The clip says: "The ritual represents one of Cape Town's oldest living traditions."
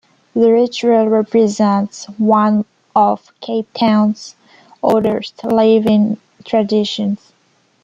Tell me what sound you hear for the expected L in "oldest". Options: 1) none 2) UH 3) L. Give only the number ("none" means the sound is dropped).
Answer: 1